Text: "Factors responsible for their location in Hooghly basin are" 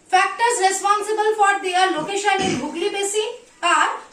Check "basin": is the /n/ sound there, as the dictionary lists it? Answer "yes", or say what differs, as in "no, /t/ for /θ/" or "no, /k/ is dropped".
no, /n/ is dropped